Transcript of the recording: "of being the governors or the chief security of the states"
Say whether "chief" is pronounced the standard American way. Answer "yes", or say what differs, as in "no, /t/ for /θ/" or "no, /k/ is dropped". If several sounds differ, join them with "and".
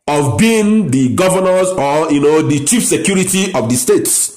yes